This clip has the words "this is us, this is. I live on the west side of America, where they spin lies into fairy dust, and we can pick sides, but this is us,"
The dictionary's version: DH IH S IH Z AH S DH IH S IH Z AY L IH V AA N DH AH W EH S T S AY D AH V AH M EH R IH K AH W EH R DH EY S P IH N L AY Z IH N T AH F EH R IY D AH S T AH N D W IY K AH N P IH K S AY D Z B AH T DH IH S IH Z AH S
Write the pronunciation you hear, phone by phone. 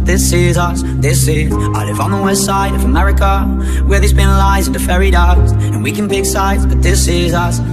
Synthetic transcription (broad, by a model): DH IH S IH Z AH S DH IH S IH Z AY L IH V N DH AH W EH S T S AY D AH V AH M EH R IH K AH W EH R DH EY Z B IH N L AY Z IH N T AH F EH R IY D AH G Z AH N W IY K AH N B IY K S AY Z B AH T DH IH S IH Z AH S